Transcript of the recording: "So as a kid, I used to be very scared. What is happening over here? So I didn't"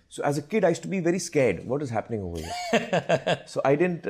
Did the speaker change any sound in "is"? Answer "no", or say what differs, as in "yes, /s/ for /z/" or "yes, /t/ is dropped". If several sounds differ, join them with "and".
no